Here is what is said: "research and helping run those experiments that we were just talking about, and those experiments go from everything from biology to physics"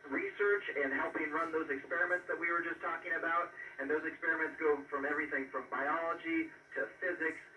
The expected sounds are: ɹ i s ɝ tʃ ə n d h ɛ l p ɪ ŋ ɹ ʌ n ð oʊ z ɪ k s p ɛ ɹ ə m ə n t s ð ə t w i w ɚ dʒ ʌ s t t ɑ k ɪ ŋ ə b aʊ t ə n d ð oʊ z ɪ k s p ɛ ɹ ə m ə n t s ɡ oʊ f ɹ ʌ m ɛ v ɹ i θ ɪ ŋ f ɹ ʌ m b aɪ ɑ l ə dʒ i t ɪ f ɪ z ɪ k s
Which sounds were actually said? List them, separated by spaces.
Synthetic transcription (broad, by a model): ɹ i s ɝ tʃ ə n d h ɛ l p ɪ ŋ ɹ ʌ n ð oʊ z ɪ k s p ɛ ɹ ə m ə n t s ð ə t w i w ɚ dʒ ʌ s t t ɑ k ɪ ŋ ə b aʊ t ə n ð oʊ z ɪ k s p ɛ ɹ ə m ə n t s ɡ oʊ f ɹ ʌ m ɛ v ɹ i θ ɪ ŋ f ɹ ʌ m b aɪ ɑ l ə dʒ i t ɪ f ɪ z ɪ k s